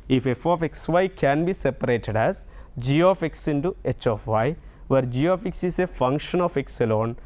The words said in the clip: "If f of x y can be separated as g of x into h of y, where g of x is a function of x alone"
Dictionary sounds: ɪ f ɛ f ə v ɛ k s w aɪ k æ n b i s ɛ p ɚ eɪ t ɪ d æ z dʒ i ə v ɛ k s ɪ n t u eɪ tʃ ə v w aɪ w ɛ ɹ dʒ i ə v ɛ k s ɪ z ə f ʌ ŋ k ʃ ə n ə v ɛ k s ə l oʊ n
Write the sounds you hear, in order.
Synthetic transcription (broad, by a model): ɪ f ɛ f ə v ɛ k s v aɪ k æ n b i s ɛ p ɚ eɪ t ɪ d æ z dʒ i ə f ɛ k s ɪ n t u eɪ tʃ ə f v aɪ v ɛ ɹ dʒ i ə f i k s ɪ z ə f ʌ ŋ k ʃ ə n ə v ɛ k s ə l oʊ n